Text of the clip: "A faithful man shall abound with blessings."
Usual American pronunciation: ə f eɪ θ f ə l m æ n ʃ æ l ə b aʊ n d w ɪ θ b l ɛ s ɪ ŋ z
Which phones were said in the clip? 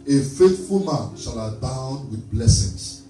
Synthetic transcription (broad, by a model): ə f eɪ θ f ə l m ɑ n ʃ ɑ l ə b aʊ n d w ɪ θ b l ɛ s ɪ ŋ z